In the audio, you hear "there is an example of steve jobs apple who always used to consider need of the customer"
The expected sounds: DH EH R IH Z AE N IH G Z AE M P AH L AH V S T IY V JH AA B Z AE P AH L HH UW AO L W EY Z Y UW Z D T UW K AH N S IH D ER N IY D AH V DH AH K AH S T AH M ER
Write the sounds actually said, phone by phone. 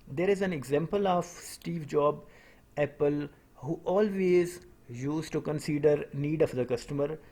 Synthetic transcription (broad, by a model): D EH R IH Z AE N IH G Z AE M P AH L AH V S T IY V JH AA B AE P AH L HH UW AO L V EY Z Y UW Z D T UW K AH N S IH D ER N IY D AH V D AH K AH S T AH M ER